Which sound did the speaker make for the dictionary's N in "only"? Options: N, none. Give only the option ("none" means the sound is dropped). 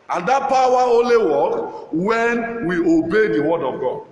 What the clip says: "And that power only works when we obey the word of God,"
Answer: none